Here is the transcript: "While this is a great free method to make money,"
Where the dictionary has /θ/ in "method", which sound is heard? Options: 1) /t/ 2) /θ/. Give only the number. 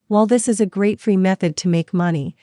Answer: 2